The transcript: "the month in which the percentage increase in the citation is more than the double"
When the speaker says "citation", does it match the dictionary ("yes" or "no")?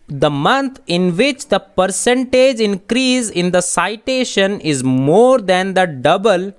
yes